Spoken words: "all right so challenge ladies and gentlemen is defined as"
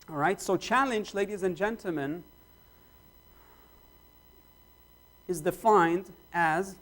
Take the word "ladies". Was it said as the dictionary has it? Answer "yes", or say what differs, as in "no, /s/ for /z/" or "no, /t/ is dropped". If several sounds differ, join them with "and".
yes